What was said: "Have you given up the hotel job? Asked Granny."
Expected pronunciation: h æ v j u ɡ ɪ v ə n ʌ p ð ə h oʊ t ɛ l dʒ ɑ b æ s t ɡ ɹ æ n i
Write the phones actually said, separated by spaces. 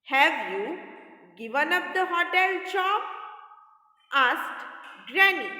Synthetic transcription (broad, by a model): h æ v j u ɡ ɪ v ə n ʌ p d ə h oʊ t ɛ l tʃ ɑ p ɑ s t ɡ ɹ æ n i